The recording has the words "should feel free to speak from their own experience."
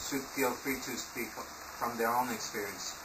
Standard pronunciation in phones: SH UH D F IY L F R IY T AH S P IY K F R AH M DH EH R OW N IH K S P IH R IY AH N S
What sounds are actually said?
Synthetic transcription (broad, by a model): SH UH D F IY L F IY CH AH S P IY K F R AH M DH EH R OW N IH K S P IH R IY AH N S